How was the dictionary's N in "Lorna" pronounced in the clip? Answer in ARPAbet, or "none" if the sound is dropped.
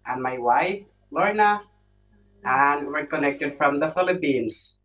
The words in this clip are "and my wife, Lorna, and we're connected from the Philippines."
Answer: N